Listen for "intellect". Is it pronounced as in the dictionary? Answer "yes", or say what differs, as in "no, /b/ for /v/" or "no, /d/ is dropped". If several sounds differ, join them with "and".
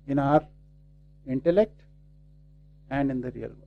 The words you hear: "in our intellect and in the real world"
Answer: yes